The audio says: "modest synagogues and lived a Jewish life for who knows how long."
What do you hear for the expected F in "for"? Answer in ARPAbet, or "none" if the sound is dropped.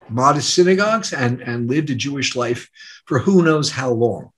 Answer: F